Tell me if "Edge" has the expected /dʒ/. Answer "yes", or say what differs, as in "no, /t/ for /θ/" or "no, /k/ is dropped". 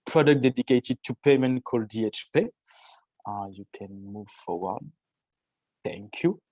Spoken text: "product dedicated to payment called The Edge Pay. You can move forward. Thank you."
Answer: no, /tʃ/ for /dʒ/